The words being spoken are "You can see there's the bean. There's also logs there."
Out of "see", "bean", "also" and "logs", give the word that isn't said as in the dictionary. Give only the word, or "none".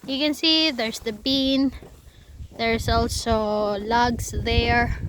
logs